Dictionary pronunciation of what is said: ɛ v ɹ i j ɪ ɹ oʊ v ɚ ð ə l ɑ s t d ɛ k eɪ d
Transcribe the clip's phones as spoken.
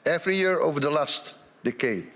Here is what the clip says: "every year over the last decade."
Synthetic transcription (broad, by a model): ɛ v ɹ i j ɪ ɹ oʊ v ɚ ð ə l ɑ s t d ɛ k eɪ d